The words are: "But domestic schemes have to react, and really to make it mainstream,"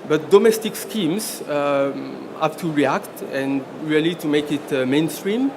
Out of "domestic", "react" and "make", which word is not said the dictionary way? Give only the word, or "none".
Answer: none